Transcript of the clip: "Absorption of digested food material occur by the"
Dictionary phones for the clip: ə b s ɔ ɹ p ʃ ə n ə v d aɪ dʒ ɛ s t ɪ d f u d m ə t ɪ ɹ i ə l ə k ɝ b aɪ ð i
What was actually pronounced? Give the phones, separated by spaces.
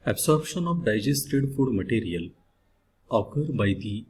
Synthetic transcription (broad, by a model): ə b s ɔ ɹ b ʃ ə n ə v d aɪ dʒ ɛ s t ɪ d f u d m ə t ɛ ɹ i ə l ə k ɝ b aɪ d i